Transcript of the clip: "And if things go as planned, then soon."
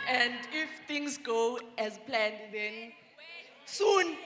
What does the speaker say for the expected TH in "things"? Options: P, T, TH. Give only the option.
T